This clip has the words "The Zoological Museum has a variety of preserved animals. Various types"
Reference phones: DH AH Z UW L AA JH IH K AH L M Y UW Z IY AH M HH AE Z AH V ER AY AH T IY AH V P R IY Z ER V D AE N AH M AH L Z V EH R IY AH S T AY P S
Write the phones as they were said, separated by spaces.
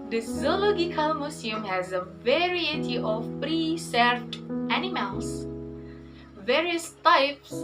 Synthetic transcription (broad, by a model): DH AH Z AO L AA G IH K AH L M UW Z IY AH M HH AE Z AH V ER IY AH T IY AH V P R IY S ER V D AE N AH M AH L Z V EH R IY AH S T AY P S